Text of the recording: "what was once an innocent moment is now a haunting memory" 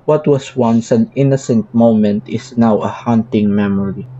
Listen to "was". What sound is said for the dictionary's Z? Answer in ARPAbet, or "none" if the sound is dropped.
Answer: S